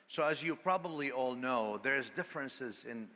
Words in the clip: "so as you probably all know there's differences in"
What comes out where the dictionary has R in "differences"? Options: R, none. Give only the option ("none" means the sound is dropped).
R